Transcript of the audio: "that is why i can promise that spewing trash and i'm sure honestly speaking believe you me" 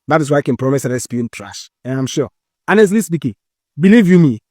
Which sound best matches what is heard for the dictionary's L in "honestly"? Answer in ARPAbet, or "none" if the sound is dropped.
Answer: L